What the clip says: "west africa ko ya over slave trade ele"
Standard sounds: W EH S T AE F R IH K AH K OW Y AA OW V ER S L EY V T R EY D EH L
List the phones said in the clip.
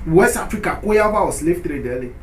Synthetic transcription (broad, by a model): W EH S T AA F R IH K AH K OW Y AA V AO S L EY F T R EY D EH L